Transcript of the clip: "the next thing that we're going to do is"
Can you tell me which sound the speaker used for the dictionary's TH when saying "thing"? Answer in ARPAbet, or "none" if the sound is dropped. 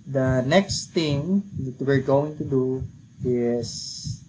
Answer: T